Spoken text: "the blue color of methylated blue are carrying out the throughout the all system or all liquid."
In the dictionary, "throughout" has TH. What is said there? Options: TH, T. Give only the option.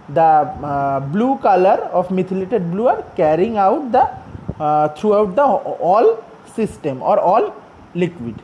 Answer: T